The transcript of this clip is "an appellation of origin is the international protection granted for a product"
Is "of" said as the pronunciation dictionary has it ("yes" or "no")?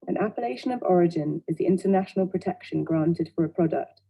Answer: yes